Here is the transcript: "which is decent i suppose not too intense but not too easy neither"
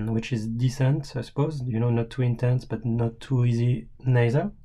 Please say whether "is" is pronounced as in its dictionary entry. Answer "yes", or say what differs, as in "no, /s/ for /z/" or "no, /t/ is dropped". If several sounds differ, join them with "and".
yes